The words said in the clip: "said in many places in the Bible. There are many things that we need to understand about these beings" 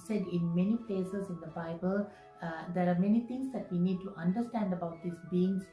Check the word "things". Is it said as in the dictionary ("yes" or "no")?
no